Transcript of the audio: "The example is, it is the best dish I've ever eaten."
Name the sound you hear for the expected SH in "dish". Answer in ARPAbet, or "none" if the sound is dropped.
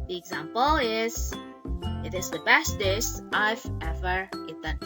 S